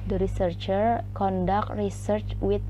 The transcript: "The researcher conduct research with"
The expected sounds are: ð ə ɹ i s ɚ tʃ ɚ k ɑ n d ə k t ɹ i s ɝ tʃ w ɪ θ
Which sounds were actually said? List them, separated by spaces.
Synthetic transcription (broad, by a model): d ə ɹ i s ɚ tʃ ɚ k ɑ n d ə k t ɹ i s ɝ tʃ w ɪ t